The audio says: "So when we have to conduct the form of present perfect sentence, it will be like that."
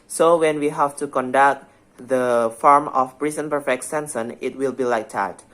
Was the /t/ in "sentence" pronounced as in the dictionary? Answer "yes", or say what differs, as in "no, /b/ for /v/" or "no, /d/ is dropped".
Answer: no, /s/ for /t/